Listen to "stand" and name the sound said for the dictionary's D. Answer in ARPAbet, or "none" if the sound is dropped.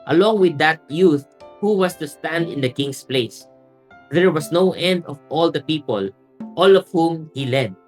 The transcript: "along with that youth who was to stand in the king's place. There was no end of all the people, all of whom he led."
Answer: D